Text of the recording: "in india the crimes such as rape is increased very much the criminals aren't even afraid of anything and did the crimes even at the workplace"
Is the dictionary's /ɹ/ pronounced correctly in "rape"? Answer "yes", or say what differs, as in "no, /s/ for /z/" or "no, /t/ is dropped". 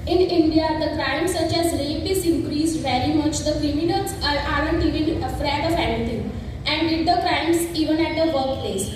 no, /l/ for /ɹ/